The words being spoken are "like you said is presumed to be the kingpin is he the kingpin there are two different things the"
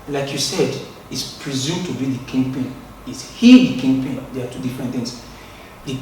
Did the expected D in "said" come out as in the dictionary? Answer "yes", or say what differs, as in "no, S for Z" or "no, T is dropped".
yes